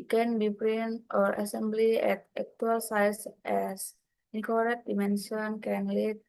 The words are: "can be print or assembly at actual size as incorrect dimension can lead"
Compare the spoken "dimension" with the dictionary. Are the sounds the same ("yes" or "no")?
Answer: no